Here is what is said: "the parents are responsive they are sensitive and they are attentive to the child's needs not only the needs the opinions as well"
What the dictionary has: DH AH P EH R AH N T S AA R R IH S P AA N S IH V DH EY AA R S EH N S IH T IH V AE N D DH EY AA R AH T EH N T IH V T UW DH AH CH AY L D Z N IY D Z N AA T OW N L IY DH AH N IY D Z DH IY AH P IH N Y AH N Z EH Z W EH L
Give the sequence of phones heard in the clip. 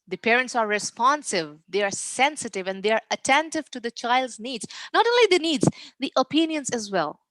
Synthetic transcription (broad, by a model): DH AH P EH R AH N T S AA R R IH S P AA N S IH V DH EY AA R S EH N S IH T IH V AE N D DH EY AA R AH T EH N T IH V T UW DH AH CH AY L D Z N IY D Z N AA T OW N L IY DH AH N IY D Z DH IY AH P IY N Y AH N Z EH Z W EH L